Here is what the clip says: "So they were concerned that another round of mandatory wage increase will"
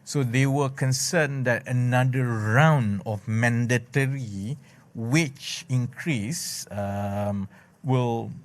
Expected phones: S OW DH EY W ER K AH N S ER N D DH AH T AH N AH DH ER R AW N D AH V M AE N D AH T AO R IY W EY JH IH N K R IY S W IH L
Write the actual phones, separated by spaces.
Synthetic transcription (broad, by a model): S OW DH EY W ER K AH N S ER N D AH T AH N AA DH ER R AW N D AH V M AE N D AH T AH R IY W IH CH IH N K R IY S W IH L